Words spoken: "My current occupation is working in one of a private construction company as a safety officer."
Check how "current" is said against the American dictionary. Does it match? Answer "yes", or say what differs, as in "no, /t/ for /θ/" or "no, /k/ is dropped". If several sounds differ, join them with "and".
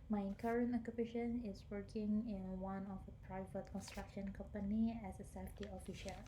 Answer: yes